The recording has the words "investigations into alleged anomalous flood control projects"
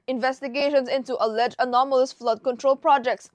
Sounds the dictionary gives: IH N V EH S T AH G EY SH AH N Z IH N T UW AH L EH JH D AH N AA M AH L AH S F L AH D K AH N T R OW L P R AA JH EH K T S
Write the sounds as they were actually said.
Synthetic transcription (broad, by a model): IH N V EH S T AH G EY SH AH N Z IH N T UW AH L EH JH AH N AA M AH L AH S F L AH D K AH N T R OW L P R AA JH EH K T S